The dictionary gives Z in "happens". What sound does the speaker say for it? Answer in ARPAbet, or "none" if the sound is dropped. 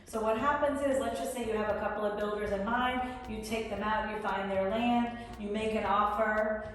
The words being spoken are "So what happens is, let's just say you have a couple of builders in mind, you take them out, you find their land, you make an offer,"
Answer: Z